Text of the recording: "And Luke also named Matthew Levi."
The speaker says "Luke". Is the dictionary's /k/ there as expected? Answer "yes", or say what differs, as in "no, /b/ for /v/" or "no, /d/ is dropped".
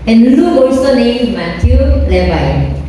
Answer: no, /k/ is dropped